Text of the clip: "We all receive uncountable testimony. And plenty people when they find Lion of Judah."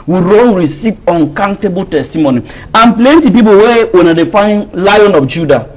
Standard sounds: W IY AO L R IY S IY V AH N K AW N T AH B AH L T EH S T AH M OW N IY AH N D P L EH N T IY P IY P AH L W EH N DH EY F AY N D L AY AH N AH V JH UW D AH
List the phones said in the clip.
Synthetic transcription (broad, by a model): W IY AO N R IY S IY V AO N K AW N T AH B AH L T EH S T AH M OW N IY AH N P L EH N T IY P IY P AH W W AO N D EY F AY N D L AY AH N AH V JH UW D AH